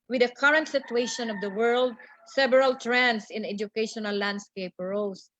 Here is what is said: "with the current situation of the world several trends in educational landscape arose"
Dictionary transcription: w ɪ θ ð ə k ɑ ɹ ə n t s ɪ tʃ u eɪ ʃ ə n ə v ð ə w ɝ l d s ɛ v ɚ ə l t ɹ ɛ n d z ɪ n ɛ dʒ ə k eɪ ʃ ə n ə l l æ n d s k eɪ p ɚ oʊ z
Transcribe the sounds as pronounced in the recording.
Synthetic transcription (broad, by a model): w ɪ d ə k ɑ ɹ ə n t s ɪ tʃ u eɪ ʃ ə n ə v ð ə w ɝ l d s ɛ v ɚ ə l t ɹ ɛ n d s ɪ n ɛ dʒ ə k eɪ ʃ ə n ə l l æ n d s k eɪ p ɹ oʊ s